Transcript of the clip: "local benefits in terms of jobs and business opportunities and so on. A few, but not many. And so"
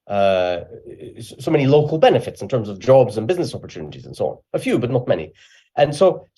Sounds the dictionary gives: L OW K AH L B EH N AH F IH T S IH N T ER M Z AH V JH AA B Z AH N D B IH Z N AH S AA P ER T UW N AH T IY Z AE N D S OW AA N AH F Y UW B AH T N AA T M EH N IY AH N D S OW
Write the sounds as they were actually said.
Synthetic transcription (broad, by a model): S OW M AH L B EH N AH F IH T S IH N T ER M Z AH V JH AA B Z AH N B IH Z N AH S AA P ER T UW N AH T IY Z N S OW AA N AH F Y UW B AH T N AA T M EH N IY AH N S OW